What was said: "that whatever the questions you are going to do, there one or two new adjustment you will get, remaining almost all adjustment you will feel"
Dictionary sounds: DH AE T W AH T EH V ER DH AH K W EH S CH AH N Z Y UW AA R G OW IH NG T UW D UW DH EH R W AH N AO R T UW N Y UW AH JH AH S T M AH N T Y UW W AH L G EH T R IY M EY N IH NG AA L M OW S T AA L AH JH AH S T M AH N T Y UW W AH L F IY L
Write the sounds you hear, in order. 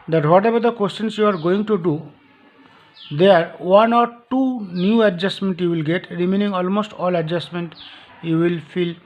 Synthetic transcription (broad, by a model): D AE T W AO T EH B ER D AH K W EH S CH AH N S Y UW AA R G OW IH NG T UW D UW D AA R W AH N AO R T UW N Y UW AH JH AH S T M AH N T Y UW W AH L G EH T R IY M EY N IH NG AA L M OW S T AA L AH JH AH S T M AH N T Y UW W AH L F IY L